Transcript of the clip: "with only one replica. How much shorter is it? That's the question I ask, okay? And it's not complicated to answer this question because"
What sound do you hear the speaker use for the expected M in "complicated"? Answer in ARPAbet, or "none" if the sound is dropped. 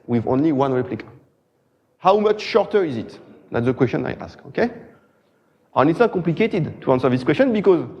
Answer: M